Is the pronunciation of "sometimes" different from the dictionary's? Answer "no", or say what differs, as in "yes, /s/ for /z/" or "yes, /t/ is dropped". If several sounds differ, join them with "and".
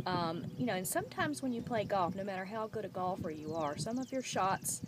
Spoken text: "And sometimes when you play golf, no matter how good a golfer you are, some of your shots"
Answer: no